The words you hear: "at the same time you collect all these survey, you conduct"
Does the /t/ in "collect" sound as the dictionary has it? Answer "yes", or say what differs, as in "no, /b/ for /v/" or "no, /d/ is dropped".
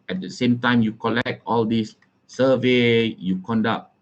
yes